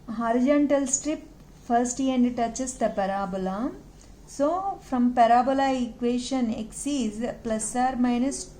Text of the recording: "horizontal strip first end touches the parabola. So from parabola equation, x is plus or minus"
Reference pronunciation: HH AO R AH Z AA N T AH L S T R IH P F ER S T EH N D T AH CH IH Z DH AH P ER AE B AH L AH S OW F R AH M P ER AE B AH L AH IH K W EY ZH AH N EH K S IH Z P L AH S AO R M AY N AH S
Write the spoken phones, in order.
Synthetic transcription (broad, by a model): HH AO R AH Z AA N T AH L S T R IH P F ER S T EH N D T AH CH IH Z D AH P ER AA B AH L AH S OW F R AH M P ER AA B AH L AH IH K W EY SH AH N EH K S IH Z P L AH S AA R M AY N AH S